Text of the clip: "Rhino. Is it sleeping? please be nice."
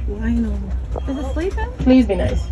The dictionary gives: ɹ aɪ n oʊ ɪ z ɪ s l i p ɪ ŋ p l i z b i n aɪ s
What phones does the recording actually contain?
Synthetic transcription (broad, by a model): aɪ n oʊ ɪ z ɪ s l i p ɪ p l i z b i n aɪ s